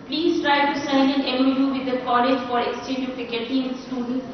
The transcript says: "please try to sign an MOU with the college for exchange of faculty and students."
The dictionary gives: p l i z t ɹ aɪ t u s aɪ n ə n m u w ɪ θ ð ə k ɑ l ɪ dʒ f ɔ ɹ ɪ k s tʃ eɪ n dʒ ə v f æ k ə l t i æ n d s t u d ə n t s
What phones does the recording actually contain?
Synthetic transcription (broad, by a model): p l i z t ɹ aɪ t u s aɪ n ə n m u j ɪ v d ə k ɑ l ɪ dʒ f ɔ ɹ ɪ k s tʃ eɪ n dʒ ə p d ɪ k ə t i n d s t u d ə n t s